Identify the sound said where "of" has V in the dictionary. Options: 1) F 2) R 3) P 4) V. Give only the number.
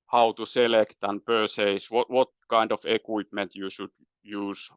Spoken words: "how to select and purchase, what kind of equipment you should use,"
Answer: 1